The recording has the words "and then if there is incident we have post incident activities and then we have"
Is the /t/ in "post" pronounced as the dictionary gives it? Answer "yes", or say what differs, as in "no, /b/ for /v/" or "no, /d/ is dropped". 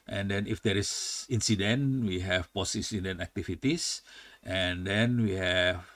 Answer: no, /t/ is dropped